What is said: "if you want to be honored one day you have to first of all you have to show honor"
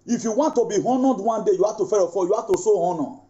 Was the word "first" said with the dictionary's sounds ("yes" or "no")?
no